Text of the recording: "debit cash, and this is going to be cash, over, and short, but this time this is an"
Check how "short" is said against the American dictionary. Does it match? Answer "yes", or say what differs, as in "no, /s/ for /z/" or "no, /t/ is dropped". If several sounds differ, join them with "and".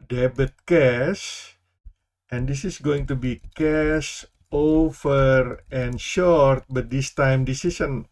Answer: yes